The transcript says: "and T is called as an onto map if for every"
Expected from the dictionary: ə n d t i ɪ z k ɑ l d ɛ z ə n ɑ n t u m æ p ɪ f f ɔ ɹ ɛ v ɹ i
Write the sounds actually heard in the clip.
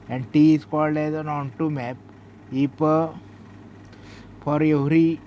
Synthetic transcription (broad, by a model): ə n d t i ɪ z k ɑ l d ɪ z ə n ɑ n t u m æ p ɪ p f ɔ ɹ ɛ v ɹ i